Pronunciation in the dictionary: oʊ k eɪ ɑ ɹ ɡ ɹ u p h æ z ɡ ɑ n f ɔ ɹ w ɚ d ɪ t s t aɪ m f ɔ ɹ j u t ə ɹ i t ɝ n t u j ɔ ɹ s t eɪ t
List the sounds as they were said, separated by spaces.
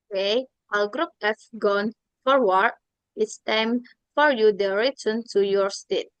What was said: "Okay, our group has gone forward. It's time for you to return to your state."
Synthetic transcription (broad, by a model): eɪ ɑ l ɡ ɹ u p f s ɡ ɑ n f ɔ ɹ w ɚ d ɪ t s t aɪ m f ɔ ɹ j u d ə ɹ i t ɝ n t u j ɔ ɹ s t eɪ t